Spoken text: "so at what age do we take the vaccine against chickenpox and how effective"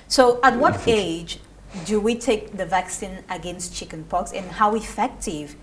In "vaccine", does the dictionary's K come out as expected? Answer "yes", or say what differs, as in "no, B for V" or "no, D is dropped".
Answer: yes